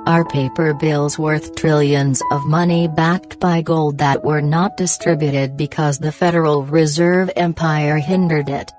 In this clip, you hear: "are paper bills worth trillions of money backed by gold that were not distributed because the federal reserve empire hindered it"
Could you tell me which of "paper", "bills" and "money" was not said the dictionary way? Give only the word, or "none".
none